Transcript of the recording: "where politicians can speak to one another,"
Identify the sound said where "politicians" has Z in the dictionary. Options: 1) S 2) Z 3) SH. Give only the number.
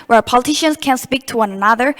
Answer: 1